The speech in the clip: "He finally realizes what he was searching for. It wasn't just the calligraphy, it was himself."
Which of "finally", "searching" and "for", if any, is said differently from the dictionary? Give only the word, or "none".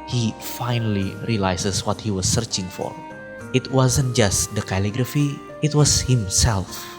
none